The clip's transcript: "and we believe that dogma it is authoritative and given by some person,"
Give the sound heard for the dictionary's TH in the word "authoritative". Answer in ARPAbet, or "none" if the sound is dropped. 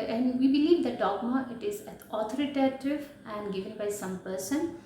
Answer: T